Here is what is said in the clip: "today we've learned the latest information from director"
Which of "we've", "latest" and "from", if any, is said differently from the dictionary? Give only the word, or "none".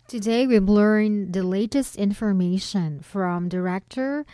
we've